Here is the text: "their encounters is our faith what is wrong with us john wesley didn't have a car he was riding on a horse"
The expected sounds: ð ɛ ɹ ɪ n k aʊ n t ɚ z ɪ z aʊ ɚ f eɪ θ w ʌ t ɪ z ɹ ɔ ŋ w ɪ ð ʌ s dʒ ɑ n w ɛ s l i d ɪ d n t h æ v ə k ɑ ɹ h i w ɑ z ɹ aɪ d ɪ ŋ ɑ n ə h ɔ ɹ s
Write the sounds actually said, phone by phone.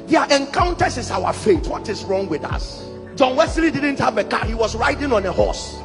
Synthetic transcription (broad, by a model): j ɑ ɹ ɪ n k aʊ n t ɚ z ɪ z aʊ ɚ f eɪ t w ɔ t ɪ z ɹ ɔ ŋ w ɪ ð ʌ s dʒ ɑ n w ɛ s l i d ɪ d n t h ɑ v ə k ɑ h i w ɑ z ɹ aɪ d ɪ ŋ ɑ n ə h ɔ s